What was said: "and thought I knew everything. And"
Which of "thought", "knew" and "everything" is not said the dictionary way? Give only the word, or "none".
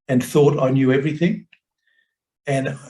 none